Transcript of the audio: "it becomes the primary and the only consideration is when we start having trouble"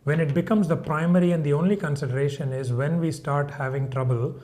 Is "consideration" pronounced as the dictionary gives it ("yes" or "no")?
yes